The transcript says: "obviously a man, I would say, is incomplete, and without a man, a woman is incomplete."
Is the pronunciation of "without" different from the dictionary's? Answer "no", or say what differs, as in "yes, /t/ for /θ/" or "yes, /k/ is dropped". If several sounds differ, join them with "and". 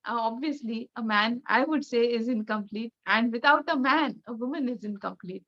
yes, /t/ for /θ/